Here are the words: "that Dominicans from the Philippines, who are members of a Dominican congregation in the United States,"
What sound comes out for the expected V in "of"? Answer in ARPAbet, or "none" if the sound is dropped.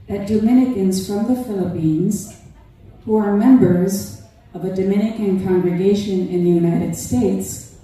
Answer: V